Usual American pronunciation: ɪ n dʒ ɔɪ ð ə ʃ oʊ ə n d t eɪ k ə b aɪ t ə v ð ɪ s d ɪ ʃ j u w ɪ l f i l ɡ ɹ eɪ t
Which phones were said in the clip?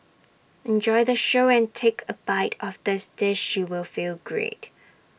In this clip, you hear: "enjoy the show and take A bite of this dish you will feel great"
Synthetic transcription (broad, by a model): ɪ n dʒ ɔɪ ð ə ʃ oʊ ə n t eɪ k ə b aɪ t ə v ð ɪ s d ɪ ʃ j u w ɪ l f i l ɡ ɹ eɪ t